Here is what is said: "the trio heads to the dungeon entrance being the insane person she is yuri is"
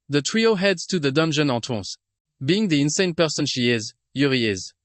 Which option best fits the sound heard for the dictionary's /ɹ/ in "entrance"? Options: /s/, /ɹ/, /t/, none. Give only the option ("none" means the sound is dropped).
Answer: none